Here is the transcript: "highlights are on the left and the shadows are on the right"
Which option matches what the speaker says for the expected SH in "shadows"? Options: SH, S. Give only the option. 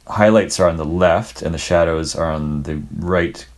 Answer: SH